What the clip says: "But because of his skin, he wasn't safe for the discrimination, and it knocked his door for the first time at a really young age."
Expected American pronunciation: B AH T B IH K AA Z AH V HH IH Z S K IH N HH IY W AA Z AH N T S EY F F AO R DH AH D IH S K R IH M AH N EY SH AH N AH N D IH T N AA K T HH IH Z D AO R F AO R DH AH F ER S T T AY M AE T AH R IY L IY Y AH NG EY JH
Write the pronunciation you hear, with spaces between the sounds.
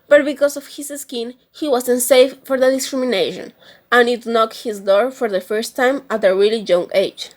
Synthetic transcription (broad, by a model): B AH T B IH K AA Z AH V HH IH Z S K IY N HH IY W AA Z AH N S EY F F AO R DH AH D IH S K R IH M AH N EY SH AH N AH N IH T N AA K T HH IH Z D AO R F AO R DH AH F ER S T T AY M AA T AH R IY L IY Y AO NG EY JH